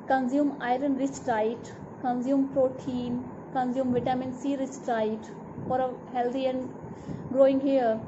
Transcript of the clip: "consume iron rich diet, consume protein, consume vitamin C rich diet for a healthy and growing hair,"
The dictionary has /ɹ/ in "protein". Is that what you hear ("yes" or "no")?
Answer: yes